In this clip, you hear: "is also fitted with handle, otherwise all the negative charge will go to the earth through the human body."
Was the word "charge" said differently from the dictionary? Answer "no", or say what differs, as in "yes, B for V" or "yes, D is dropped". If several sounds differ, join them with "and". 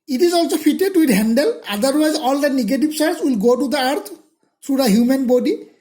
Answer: yes, S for CH